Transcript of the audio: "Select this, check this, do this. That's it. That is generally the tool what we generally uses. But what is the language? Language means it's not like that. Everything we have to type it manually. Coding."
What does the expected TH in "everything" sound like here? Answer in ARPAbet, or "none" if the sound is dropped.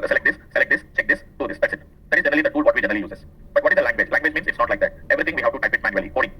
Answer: T